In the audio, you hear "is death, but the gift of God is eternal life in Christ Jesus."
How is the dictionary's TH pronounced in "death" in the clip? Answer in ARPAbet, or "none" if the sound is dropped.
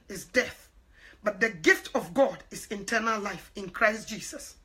TH